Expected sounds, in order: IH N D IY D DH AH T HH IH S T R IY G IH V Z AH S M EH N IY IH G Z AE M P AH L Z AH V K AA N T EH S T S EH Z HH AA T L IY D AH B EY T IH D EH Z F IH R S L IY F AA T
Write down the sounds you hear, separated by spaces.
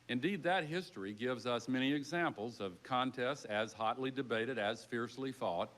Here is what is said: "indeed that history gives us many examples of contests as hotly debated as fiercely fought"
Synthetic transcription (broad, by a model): IH N D IY D DH AH T HH IH S T R IY G IH V Z AH S M EH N IY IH G Z AE M P L Z AH V K AA N T EH S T IH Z HH AA T L IY D AH B EY T IH D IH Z F IH R S L IY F AA T